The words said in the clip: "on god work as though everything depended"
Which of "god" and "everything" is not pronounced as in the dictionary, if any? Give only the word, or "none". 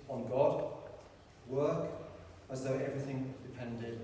none